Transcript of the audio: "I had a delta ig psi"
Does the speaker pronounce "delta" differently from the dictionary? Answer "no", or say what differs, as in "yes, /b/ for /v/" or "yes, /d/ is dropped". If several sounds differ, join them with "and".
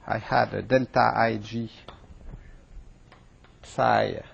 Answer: no